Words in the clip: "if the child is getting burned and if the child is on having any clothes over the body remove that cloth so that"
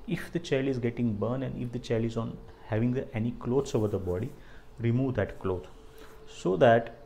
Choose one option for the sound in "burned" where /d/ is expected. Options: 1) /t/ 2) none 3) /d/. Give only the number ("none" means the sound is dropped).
2